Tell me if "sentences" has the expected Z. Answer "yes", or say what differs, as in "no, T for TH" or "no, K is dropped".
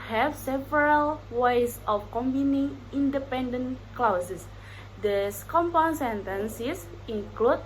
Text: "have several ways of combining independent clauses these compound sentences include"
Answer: no, S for Z